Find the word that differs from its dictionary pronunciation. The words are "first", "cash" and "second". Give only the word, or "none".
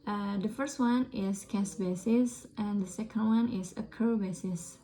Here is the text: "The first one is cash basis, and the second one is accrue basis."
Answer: cash